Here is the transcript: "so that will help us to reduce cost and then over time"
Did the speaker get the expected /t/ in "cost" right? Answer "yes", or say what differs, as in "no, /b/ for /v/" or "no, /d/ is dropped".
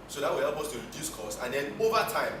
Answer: no, /t/ is dropped